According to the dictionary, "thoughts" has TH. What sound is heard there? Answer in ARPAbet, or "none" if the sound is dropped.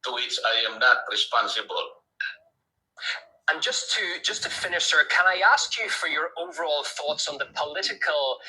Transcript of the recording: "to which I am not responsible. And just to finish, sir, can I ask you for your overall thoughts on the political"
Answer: TH